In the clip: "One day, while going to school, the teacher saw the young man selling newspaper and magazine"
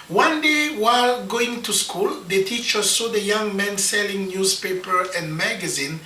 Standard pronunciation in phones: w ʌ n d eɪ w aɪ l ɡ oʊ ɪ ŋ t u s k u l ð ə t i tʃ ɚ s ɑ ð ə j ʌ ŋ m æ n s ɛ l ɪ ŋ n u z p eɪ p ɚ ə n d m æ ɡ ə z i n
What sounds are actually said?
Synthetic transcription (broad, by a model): w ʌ n d eɪ w aɪ l ɡ oʊ ɪ ŋ t u s k u l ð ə t i tʃ ɚ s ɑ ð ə j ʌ ŋ m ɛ n s ɛ l ɪ ŋ n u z p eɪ p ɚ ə n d m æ ɡ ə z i n